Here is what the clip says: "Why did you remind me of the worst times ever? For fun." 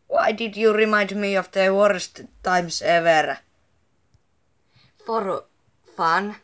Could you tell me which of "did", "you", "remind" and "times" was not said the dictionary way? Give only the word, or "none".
times